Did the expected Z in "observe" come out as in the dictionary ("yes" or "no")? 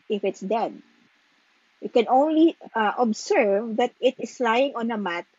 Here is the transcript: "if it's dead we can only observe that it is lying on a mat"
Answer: no